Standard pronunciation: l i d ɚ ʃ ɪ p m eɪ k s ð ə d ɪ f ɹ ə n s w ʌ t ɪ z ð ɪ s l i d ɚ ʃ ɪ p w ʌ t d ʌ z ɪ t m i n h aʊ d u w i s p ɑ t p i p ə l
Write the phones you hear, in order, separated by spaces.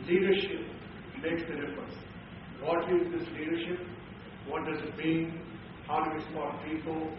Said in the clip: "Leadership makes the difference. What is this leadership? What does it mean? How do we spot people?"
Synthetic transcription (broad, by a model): l i d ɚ ʃ ɪ p m eɪ k s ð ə d ɪ f ɹ ə n s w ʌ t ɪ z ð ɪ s l i d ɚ ʃ ɪ p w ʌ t d ʌ z ɪ t m i n h aʊ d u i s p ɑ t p i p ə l